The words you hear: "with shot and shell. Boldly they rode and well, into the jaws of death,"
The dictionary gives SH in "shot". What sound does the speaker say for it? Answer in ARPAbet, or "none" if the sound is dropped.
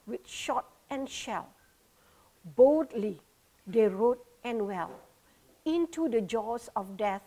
SH